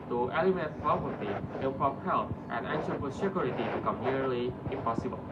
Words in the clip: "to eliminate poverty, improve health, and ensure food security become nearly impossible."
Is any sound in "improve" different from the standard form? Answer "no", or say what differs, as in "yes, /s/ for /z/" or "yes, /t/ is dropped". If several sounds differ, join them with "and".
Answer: yes, /p/ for /v/